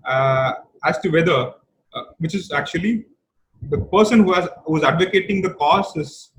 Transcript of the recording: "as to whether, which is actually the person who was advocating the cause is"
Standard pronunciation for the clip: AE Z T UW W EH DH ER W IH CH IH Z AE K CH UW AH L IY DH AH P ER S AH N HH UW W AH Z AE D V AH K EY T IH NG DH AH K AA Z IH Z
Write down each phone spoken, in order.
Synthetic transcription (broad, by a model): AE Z T UW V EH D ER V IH CH IH Z AE K CH UW AH L IY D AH P ER S AH N HH UW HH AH Z AE D V AH K EY T IH NG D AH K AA S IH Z